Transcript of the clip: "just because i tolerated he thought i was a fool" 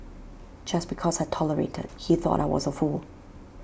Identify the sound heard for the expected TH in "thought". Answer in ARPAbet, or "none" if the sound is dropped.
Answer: TH